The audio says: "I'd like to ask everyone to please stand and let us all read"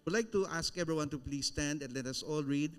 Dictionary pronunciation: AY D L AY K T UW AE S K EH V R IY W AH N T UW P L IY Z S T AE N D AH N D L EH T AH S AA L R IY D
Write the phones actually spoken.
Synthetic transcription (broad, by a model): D L AY K T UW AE S K EH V R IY W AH N T UW P L IY S T AE N D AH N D L EH T AH S AA L R IY D